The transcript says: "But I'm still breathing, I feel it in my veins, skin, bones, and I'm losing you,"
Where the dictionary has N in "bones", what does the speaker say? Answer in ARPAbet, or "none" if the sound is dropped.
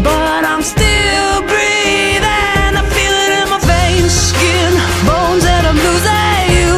N